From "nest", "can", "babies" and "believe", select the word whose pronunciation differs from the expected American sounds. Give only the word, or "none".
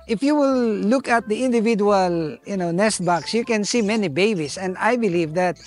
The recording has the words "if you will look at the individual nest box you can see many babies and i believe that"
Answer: babies